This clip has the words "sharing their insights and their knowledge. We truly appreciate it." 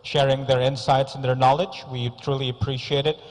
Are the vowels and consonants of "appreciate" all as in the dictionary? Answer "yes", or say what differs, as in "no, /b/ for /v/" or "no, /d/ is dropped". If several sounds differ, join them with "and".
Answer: yes